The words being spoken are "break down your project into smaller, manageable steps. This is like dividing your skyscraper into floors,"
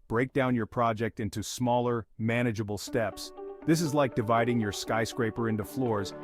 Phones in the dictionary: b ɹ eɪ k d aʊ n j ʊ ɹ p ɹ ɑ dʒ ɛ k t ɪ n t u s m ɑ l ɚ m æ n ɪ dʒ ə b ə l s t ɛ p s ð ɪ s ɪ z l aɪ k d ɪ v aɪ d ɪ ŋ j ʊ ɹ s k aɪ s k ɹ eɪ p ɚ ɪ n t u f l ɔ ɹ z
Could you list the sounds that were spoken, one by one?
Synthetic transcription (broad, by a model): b ɹ eɪ k d aʊ n j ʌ ɹ p ɹ ɑ dʒ ɛ k t ɪ n t u s m ɑ l ɚ m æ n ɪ dʒ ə b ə l s t ɛ p s ð ɪ s ɪ z l aɪ k d ɪ v aɪ d ɪ ŋ j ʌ ɹ s k aɪ s k ɹ eɪ p ɚ ɪ n t u f l ɔ ɹ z